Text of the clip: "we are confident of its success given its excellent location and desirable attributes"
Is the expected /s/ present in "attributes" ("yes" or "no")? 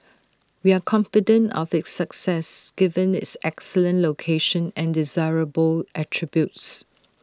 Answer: yes